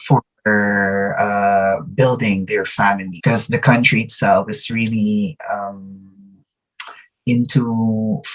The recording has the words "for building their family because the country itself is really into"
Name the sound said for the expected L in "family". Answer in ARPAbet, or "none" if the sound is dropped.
none